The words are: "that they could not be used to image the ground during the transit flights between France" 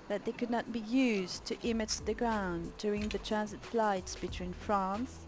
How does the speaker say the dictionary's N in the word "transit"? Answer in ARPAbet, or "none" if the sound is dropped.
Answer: N